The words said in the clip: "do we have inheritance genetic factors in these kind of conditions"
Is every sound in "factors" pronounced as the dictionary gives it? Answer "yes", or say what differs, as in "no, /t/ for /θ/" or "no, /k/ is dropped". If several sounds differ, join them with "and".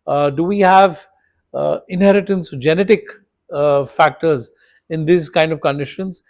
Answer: yes